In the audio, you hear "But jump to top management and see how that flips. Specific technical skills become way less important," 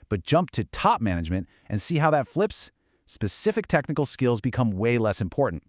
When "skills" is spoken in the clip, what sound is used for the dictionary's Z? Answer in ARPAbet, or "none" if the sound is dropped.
Z